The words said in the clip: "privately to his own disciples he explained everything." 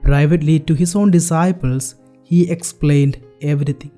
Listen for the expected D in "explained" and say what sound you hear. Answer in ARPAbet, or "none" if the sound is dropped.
D